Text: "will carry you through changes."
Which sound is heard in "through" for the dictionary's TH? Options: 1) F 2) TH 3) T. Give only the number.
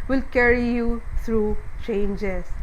3